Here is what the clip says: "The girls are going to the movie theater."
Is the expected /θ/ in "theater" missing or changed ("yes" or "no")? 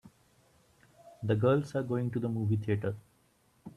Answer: yes